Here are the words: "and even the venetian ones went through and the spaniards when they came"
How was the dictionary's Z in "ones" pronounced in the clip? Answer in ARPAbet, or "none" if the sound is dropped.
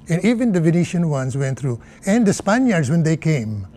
S